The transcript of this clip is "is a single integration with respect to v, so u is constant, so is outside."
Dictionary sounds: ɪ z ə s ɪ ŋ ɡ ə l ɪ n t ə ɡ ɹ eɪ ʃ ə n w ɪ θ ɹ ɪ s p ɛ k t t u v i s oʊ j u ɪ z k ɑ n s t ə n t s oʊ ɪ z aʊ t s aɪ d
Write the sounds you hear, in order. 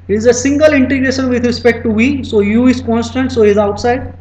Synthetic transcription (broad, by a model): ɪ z ə s ɪ ŋ ɡ ə l ɪ n t ə ɡ ɹ eɪ ʃ ə n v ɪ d ɹ ɪ s p ɛ k t t u v i s oʊ j u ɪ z k ɑ n s t ə n t s oʊ ɪ z aʊ t s aɪ d